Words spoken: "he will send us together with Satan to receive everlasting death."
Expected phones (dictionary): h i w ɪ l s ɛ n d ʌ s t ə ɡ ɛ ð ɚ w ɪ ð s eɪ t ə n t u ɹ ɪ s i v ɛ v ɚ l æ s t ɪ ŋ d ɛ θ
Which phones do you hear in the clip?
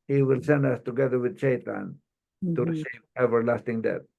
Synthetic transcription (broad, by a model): h i w ɪ l s ɛ n d ʌ s t ə ɡ ɛ ð ɚ w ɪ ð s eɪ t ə n t u ɹ ɪ s i v ɛ v ɚ l æ s t ɪ ŋ d ɛ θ